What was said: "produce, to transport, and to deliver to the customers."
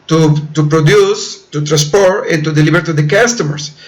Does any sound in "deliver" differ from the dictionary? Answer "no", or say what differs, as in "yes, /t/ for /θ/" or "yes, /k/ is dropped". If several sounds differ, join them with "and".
yes, /b/ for /v/